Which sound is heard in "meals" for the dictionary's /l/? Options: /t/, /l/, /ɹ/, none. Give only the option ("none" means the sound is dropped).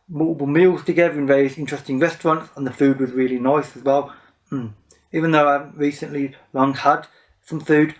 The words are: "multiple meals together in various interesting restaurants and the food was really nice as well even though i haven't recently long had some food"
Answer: /l/